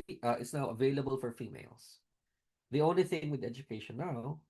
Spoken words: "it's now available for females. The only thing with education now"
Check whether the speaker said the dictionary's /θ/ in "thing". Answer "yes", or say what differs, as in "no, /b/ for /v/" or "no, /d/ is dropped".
yes